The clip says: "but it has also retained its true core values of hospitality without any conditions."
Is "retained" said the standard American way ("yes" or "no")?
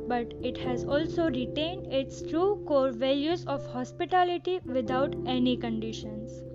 yes